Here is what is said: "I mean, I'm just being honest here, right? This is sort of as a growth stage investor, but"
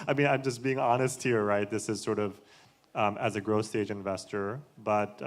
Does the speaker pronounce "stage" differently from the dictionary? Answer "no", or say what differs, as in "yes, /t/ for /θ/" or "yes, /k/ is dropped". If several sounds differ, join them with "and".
no